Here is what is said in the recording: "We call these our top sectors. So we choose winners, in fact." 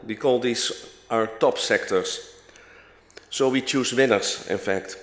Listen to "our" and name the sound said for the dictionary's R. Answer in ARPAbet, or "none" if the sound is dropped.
R